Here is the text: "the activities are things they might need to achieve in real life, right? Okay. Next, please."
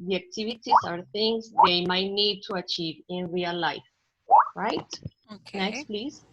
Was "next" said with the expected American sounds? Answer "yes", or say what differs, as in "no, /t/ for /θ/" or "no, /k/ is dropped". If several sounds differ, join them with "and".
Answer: yes